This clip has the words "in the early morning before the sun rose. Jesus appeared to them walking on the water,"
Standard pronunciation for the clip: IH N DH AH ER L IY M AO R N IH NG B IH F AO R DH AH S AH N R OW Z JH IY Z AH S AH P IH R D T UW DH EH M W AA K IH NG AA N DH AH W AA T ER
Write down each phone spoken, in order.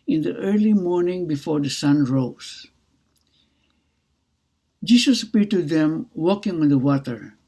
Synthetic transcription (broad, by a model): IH N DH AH ER L IY M AO R N IH NG B IH F AO R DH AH S AH N R OW S JH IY S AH S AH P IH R T UW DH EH M W AA K IH NG AA N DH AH W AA T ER